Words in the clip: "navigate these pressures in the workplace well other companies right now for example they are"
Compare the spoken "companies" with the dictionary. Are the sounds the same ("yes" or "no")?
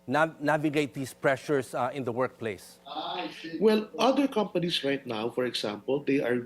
no